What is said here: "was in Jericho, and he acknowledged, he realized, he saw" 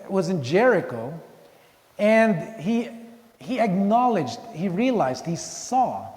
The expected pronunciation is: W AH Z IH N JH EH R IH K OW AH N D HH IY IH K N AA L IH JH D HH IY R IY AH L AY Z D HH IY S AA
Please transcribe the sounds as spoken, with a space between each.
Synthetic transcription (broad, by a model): W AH Z IH N JH EH R IH K OW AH N D HH IY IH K N AA L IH JH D HH IY R IY AH L AY Z D HH IY S AA